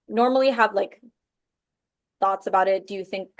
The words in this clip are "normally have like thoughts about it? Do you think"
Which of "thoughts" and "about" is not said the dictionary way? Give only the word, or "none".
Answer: none